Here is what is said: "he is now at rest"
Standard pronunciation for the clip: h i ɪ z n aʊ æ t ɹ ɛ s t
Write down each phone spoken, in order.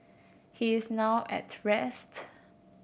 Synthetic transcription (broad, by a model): h i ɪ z n aʊ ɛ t ɹ ɛ s t